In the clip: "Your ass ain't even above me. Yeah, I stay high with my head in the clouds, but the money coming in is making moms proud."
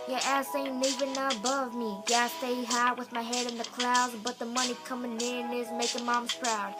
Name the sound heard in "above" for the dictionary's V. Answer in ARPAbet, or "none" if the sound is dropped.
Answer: V